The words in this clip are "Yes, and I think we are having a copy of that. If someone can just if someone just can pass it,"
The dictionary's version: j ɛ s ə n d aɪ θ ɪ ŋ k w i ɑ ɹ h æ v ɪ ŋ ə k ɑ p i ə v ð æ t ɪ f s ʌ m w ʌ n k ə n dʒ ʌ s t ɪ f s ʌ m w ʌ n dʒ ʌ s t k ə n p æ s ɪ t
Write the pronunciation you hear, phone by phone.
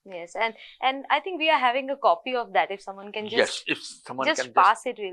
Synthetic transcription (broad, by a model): j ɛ s ə n d aɪ t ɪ ŋ k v i ɑ ɹ h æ v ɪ ŋ ə k ɑ p i ə v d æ t ɪ f s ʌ m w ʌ n k ə n dʒ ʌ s ɪ f s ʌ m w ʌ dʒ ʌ s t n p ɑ s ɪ t